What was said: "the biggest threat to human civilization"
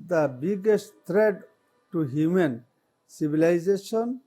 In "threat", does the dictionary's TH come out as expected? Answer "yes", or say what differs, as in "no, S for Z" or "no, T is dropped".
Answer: no, T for TH